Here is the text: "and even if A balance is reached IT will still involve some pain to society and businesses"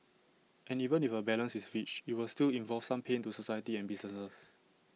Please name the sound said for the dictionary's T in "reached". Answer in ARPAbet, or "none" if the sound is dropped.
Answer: none